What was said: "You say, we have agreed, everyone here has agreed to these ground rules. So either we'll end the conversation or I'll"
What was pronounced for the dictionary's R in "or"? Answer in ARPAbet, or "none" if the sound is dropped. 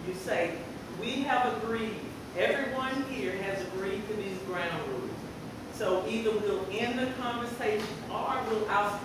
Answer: W